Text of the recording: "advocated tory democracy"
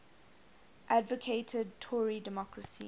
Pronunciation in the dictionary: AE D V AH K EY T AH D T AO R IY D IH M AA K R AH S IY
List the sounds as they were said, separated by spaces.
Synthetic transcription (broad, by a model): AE D V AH K EY T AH D T AO R IY D IH M AA K R AH S IY